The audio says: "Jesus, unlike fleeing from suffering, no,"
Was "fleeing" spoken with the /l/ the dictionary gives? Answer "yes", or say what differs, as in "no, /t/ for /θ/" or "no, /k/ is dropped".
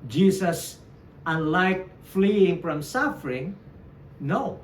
yes